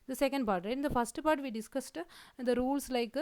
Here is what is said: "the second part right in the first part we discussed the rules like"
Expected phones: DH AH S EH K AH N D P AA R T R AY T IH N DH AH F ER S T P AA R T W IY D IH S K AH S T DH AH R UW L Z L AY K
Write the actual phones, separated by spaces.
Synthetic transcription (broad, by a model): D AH S EH K AH N D P AA R T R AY IH N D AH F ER S T P AA R T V IY D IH S K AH S T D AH R UW L S L AY K